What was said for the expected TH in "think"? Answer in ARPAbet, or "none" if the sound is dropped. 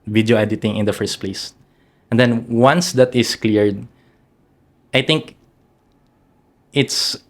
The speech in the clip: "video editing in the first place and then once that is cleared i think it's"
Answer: T